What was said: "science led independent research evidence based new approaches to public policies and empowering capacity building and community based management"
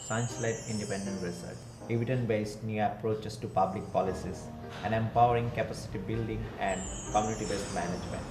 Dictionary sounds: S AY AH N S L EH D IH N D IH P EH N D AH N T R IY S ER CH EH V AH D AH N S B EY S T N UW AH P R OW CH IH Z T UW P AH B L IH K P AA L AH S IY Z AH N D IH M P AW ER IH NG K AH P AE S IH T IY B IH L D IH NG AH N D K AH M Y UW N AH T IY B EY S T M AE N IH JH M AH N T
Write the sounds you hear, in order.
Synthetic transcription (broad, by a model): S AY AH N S L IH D IH N D IH P EH N D AH N T R IY S ER CH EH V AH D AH N B EY S T N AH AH P R OW CH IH S T UW P AH B L IH K P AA L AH S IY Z AH N D IH M P AW ER IH NG K AH P AE S IH T IY B IH L D IH NG AH N D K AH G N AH T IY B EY S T M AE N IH JH M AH N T